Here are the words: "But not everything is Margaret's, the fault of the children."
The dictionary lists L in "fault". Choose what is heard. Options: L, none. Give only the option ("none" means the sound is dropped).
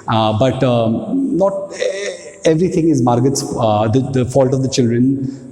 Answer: L